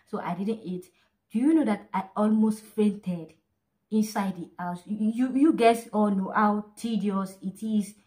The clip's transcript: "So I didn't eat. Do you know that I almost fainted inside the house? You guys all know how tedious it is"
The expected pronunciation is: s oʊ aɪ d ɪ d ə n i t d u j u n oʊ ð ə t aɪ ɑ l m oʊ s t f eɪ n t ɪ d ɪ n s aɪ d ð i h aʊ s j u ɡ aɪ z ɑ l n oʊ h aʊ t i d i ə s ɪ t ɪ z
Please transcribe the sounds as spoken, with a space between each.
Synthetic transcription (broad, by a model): s oʊ aɪ d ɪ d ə n i t d u j u n oʊ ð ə t aɪ ɑ l m oʊ s t f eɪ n t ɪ d ɪ n s aɪ d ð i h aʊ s j u ɡ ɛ s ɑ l n oʊ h aʊ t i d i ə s ɪ t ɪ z